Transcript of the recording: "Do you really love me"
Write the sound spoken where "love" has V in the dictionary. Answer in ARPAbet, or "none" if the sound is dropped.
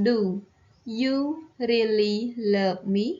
P